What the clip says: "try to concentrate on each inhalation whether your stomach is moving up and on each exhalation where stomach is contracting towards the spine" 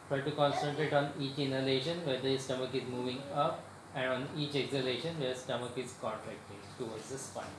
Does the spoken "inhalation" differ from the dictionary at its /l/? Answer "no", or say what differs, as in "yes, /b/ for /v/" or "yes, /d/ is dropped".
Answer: no